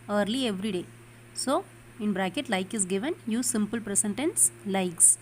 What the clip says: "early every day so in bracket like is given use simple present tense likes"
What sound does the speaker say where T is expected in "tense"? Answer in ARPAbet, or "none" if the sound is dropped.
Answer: T